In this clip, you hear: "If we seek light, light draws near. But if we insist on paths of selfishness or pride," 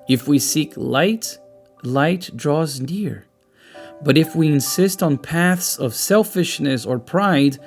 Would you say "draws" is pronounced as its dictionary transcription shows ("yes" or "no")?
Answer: yes